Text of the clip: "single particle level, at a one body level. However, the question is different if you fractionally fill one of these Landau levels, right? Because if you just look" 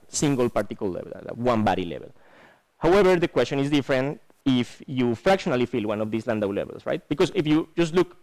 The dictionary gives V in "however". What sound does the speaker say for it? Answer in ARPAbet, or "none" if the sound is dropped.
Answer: B